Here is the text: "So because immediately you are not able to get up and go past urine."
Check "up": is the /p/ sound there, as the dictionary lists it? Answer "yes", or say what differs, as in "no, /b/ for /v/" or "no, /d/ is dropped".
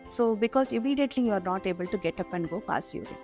yes